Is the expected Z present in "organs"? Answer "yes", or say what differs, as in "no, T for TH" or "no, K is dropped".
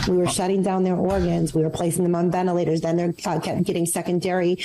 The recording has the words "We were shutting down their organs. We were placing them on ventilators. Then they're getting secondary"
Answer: yes